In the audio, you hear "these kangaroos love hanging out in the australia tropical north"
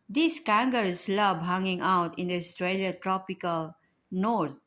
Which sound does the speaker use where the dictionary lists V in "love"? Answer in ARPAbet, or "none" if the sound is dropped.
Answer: B